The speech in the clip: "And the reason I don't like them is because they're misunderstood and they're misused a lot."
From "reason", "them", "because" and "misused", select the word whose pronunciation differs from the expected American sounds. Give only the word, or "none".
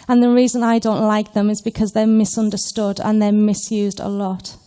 none